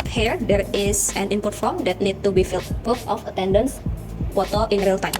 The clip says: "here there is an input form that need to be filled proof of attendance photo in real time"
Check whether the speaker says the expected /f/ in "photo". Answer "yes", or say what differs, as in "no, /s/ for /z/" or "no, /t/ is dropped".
no, /p/ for /f/